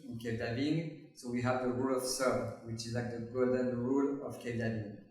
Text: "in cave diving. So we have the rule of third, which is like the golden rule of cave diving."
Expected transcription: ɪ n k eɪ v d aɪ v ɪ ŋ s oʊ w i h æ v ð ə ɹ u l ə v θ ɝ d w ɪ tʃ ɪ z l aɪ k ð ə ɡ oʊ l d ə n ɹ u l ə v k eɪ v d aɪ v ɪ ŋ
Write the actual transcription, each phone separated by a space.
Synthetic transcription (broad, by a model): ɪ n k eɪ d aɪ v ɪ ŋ s oʊ w i h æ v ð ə ɹ u l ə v s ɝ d w ɪ tʃ ɪ z l aɪ k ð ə ɡ oʊ l d ə n ɹ u l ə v k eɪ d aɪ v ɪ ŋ